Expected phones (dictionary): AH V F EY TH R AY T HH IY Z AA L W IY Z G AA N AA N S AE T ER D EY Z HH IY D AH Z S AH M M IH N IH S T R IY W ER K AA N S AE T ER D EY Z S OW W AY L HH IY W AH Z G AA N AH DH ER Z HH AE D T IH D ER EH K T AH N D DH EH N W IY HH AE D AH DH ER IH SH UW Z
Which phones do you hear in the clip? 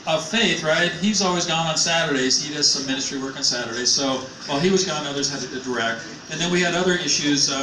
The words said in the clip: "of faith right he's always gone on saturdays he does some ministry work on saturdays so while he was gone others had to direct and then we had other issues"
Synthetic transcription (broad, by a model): AH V F EY TH R AY T HH IY Z AA L W IY Z G AA N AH N S AE T ER D EY Z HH IY D AH Z S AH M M IH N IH S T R IY W ER K N S AE T ER D EY Z S OW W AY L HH IY W AH Z G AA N AH DH ER Z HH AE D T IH D ER EH K T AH N DH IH N W IY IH D AH DH ER IH SH UW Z